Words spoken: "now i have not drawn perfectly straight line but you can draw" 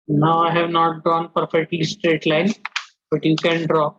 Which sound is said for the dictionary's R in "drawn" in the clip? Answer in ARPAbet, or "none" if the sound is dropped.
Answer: none